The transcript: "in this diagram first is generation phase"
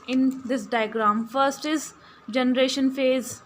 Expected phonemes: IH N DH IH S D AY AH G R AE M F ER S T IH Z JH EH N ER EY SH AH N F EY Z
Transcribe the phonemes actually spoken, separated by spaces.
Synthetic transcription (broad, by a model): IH N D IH S D AY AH G R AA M F ER S T IH Z JH EH N ER EY SH AH N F EY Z